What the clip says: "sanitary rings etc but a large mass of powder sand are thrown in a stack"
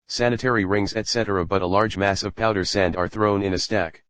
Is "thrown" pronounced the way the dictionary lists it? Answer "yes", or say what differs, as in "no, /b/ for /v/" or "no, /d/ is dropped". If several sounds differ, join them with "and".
yes